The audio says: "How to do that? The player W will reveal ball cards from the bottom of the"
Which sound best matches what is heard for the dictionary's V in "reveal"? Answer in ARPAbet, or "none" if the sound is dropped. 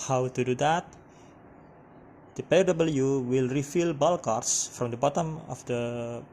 F